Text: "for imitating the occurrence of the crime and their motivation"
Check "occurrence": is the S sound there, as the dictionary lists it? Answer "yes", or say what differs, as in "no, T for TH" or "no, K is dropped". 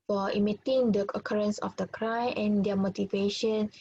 yes